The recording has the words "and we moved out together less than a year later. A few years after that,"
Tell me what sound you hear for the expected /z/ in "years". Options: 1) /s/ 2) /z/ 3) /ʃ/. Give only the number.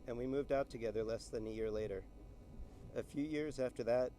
2